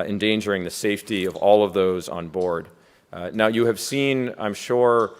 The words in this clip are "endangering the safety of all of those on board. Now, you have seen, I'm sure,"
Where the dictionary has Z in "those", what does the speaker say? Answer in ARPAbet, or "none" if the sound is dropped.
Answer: Z